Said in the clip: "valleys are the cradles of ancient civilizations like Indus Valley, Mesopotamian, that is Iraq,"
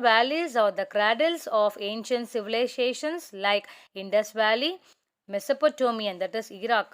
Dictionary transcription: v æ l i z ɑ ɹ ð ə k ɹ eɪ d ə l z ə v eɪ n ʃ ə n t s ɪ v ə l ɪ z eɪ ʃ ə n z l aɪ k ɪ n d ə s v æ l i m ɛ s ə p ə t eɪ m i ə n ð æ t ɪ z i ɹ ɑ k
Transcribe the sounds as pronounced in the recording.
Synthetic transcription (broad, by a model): v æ l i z ɑ ɹ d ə k ɹ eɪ d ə l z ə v eɪ n ʃ ə n t s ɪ v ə l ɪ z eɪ ʃ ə n s l aɪ k ɪ n d ə s v æ l i m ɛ s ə p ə t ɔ m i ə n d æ t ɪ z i ɹ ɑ k